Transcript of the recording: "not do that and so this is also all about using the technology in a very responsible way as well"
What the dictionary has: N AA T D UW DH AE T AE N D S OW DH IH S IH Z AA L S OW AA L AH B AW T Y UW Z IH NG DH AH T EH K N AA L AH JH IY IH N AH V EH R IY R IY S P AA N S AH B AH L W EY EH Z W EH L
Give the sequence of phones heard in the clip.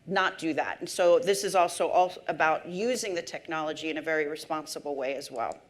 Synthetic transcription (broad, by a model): N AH T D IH DH AE T N S OW DH IH S IH Z AA L S OW AA L AH B AW T Y UW Z IH NG DH AH T EH K N AA L AH JH IY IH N AH V EH R IY R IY S P AA N S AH B L W EY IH Z W EH L